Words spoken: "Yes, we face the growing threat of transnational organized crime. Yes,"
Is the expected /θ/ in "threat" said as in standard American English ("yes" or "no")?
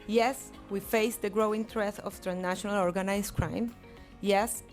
no